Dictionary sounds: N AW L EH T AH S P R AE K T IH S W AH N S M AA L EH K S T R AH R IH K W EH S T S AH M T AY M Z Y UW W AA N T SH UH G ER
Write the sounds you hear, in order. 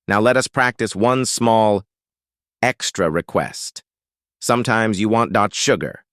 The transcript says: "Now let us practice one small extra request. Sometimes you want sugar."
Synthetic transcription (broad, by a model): N AW L EH T AH S P R AE K T IH S W AH N S M AA L EH K S T R AH R IH K W EH S T S AH M T AY M Z Y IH W AA N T SH UH G ER